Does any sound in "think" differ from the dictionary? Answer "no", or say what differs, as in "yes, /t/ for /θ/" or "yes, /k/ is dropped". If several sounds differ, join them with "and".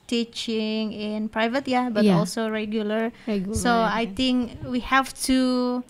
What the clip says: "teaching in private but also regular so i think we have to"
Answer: yes, /t/ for /θ/